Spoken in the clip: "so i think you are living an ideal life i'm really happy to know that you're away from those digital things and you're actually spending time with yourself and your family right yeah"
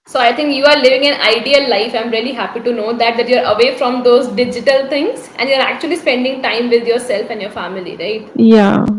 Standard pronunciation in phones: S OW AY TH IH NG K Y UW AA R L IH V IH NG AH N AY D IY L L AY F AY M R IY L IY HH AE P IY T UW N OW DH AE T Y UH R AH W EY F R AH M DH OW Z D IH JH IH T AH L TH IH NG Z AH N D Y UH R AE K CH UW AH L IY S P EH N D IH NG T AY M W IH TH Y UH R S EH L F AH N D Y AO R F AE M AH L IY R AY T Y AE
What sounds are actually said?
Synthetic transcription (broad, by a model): S OW AY T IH NG K Y UW AA R L IH V IH NG AH N AY D IY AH L AY F AY M R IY L IY HH AE P IY T UW N OW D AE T Y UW R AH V EY F R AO M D OW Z D IH JH IH T AH L T IH NG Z AH N D Y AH R AE K CH UW AH L IY S P EH N D IH NG T AY M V IH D Y UH R S EH L F AH N D Y AO R F AE M AH L IY R AY T Y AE